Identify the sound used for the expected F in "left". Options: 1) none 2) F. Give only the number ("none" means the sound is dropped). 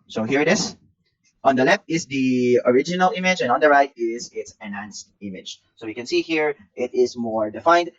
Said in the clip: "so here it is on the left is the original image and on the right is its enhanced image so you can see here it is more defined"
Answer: 2